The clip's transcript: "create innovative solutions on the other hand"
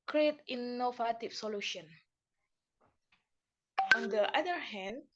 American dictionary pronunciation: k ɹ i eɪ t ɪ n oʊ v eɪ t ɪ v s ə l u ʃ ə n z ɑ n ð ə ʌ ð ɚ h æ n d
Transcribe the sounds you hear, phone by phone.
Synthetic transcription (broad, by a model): k ɹ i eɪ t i n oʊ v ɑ t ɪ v s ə l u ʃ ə n ɑ n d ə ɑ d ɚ h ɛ n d